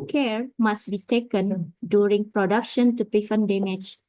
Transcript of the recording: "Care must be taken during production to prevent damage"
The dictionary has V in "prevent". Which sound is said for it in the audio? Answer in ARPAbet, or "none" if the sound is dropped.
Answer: F